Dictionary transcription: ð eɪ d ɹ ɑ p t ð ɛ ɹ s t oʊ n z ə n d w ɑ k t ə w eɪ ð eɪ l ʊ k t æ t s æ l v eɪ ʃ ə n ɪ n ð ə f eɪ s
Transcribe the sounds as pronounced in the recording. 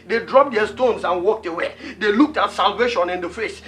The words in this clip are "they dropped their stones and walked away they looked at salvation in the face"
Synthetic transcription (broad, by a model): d eɪ d ɹ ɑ p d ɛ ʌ s t oʊ n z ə n w ɑ k t ə w eɪ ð eɪ l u k t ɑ t s æ l v eɪ ʃ ə n ɪ n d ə f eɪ s